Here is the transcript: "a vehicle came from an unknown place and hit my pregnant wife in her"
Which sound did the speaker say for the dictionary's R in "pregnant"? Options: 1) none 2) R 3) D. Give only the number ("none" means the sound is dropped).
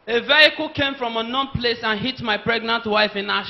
2